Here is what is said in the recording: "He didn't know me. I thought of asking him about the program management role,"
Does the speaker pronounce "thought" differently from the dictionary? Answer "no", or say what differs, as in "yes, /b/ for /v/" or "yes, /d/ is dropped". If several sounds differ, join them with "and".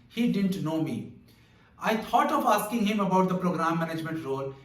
yes, /t/ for /θ/